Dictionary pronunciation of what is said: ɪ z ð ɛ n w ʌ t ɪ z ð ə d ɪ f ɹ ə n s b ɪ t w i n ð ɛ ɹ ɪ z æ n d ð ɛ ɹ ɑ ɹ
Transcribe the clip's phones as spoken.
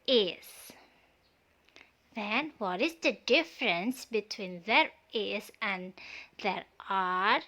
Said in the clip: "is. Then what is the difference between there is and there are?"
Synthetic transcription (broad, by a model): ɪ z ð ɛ n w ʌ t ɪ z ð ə d ɪ f ɹ ə n s b ɪ t w i n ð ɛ ɹ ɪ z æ n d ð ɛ ɹ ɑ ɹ